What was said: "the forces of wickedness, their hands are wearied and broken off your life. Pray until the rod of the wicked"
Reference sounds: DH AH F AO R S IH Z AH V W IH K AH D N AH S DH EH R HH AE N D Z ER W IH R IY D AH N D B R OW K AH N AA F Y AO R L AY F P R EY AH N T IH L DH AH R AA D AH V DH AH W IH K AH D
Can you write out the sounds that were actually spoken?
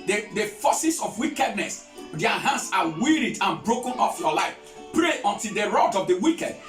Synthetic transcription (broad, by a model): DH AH F AO S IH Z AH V W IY K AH D N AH S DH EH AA HH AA N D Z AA W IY R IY D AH N B R OW K AH N AA F Y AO L AY F P R EY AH N T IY L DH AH R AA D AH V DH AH W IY K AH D